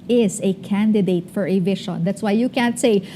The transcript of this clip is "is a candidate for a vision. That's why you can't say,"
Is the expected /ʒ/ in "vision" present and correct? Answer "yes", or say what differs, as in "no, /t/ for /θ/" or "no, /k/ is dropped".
no, /ʃ/ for /ʒ/